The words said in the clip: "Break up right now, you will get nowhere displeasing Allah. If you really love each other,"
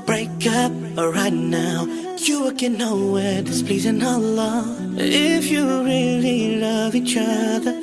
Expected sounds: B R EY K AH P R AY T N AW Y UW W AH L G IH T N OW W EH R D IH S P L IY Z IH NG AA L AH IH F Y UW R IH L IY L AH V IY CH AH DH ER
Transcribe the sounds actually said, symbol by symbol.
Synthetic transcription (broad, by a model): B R EY K AH P R AY T N AW Y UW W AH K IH N OW W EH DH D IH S P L IY Z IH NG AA L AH IH F Y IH R IH L IY L AH V IY CH AH DH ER